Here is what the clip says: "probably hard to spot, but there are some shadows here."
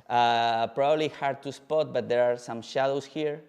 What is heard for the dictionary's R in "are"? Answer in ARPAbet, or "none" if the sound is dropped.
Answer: R